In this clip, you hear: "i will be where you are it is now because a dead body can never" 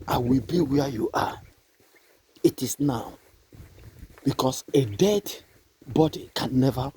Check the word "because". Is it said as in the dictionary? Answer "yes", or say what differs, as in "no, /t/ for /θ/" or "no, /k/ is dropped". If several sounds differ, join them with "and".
no, /s/ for /z/